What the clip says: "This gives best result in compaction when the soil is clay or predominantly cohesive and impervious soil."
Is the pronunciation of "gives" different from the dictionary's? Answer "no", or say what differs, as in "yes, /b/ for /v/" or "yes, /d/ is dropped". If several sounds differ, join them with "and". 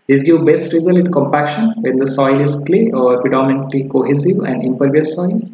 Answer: yes, /z/ is dropped